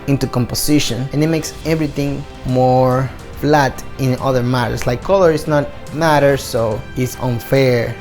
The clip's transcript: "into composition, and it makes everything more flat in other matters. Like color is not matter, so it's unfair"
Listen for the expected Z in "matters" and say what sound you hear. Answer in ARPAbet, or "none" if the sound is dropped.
S